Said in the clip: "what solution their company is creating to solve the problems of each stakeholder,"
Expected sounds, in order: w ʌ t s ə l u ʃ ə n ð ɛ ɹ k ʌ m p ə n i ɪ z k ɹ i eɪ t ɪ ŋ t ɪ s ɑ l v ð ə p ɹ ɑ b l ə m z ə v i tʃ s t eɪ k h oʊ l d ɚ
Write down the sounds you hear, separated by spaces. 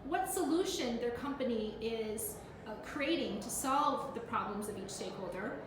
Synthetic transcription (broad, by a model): w ʌ t s ə l u ʃ ə n ð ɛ ɹ k ʌ m p ə n i ɪ z k ɹ i eɪ t ɪ ŋ t ɪ s ɑ l v ð ə p ɹ ɑ b l ə m z ə v i tʃ s t eɪ k h oʊ l d ɚ